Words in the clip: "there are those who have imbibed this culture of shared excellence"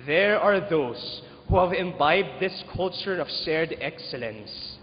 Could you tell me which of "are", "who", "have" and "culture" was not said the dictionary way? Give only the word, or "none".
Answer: none